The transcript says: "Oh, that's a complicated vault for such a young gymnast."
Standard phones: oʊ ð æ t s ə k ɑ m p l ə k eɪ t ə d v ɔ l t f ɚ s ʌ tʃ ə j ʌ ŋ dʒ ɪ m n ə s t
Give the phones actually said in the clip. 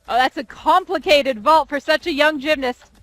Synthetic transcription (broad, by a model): oʊ ð æ t s ə k ɑ m p l ə k eɪ t ə d v ɔ l t f ɚ s ʌ tʃ ə j ʌ ŋ dʒ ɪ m n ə s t